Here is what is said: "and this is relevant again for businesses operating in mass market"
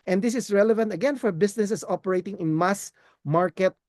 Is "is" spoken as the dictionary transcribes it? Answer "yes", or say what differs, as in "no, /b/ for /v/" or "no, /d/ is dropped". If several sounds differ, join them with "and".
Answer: no, /s/ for /z/